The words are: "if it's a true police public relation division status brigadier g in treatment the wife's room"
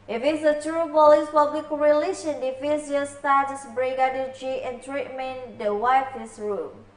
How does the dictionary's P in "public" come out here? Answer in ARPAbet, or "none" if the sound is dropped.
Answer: F